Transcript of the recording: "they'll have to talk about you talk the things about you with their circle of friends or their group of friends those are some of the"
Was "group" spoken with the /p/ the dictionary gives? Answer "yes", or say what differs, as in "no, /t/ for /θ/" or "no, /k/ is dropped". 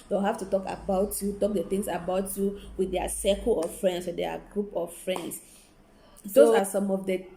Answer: yes